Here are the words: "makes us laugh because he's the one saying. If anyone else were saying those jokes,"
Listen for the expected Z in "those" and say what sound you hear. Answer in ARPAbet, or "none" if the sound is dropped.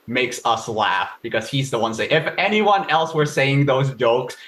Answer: Z